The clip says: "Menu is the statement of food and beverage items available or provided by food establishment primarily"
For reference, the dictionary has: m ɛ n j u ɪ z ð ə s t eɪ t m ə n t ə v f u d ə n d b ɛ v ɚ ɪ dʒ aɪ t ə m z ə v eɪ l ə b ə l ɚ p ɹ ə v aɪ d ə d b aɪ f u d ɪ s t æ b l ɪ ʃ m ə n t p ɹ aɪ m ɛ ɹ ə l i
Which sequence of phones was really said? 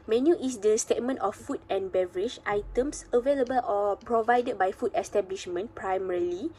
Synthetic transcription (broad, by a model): m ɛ n j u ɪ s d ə s t eɪ t m ə n t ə f u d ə n b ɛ v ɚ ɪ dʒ aɪ t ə m s ə v eɪ l ə b ə l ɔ p ɹ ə v aɪ d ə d b aɪ f u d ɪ s t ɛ b l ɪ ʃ m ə n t p ɹ aɪ m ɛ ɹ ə l i